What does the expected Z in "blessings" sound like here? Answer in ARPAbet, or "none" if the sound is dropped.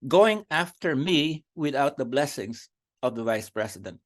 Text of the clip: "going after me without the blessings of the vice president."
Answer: S